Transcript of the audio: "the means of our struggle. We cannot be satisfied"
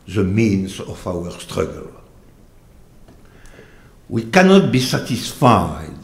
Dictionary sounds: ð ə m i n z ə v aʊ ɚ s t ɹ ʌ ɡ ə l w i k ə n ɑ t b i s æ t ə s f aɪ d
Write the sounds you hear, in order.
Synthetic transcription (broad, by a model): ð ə m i n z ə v aʊ ɚ s t ɹ ʌ ɡ ə l w i k ə n ɑ t b i s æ t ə s f aɪ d